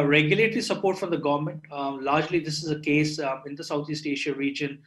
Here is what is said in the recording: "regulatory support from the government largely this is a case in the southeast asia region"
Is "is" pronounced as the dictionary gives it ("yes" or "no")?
yes